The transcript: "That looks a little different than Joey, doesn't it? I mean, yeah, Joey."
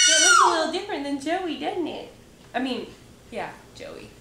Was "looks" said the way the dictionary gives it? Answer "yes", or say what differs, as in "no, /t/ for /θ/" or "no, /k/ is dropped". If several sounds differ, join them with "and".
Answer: no, /w/ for /l/